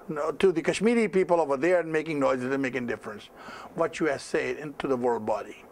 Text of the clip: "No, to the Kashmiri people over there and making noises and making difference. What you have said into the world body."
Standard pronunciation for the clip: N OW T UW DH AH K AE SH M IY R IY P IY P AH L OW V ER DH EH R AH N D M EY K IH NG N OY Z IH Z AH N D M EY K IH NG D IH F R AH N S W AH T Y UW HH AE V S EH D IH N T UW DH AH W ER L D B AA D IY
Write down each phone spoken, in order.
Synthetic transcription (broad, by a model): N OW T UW DH AH K AE SH M IY R IY P IY P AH L OW V ER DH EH R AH N M EY K IH NG N OY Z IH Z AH M EY K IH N D IH F R AH N S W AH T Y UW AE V S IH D IH N T UW DH AH W ER L D B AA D IY